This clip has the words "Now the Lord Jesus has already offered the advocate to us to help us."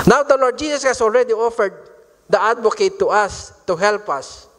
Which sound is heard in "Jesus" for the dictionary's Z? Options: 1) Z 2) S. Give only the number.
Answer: 2